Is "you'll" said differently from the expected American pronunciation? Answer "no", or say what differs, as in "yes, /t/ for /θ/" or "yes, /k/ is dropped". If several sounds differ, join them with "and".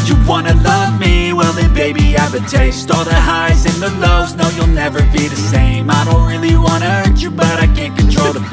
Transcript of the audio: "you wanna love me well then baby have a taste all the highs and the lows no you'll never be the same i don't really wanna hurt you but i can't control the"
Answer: no